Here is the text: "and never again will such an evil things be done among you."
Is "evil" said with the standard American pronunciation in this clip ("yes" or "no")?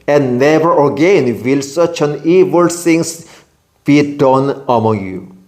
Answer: yes